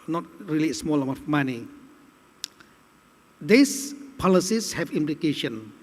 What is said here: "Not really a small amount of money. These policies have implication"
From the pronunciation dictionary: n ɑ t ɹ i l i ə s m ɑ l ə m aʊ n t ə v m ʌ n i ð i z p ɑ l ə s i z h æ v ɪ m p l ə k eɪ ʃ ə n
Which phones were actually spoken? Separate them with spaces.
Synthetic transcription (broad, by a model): n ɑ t ɹ i l i s m ɑ l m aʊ t m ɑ n i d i s p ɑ l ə s i s h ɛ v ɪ m p l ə k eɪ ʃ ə n